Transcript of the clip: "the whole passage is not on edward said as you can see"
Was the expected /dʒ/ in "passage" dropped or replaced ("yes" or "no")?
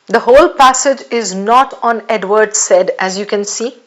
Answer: no